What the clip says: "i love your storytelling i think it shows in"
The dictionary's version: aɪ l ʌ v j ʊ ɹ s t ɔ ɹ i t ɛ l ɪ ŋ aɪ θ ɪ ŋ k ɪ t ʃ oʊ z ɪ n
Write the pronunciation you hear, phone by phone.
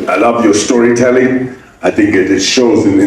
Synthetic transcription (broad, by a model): aɪ l ʌ v j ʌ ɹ s t ɔ ɹ i t ɛ l ɪ ŋ aɪ θ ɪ ŋ k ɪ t ʃ oʊ z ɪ n